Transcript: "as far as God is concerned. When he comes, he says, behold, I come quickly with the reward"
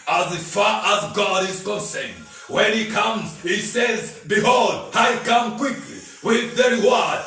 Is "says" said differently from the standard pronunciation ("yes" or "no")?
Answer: no